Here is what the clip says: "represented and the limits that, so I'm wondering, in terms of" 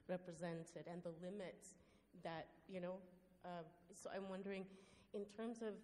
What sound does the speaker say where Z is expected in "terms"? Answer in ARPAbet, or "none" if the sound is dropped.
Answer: Z